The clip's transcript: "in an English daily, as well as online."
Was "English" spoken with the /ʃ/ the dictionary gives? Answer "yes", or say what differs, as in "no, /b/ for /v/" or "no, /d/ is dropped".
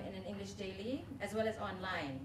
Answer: yes